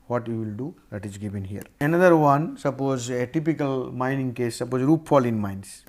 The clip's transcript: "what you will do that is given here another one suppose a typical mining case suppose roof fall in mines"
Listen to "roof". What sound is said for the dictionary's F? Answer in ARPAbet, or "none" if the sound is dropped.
P